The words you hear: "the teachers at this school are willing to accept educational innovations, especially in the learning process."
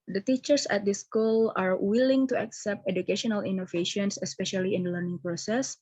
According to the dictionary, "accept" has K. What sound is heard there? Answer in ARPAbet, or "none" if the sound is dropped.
K